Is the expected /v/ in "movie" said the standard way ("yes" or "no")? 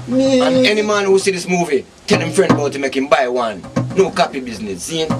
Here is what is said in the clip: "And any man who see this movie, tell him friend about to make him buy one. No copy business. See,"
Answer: yes